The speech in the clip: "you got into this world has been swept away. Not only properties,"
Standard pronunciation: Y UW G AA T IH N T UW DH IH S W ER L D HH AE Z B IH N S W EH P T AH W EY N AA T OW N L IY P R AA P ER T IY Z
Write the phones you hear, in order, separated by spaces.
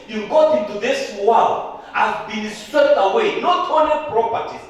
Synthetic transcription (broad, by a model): Y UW G AA T IH N T UW DH IH S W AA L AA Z B IH N S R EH T AH W EY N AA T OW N IY P R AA P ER T IY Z